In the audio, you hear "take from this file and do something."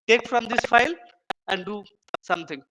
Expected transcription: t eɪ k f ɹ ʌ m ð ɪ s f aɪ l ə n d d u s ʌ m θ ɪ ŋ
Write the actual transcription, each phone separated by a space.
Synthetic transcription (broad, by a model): t eɪ k f ɹ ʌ m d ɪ s f aɪ l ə n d d u s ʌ m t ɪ ŋ